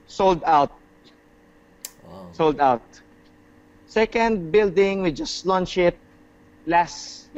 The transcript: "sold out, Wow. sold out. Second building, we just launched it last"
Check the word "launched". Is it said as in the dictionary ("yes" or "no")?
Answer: no